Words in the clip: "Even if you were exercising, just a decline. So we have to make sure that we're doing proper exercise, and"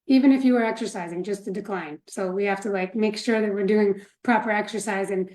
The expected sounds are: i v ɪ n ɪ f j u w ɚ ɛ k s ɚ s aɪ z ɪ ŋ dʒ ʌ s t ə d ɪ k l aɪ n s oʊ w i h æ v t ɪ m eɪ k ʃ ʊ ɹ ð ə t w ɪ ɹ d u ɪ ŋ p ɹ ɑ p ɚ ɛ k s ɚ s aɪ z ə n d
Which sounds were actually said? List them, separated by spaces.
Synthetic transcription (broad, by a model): i v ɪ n ɪ f j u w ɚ ɛ k s ɚ s aɪ z ɪ ŋ dʒ ʌ s t ə d ɪ k l aɪ n s oʊ w i h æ f t ɪ m eɪ k ʃ ʊ ɹ ð ə t w ɪ ɹ d u ɪ ŋ p ɹ ɑ p ɚ ɛ k s ɚ s aɪ z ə n